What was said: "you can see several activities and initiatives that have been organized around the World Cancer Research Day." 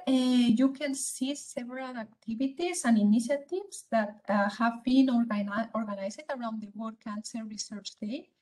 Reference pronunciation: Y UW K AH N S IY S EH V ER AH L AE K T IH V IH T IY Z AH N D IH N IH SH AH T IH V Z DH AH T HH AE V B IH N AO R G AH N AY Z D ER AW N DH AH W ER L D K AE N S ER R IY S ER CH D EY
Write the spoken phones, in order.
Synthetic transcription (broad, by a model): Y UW K AH N S IY S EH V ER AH L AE K T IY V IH T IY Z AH N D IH N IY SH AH T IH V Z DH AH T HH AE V B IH N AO R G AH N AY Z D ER AW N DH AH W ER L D K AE N S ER R IY S ER CH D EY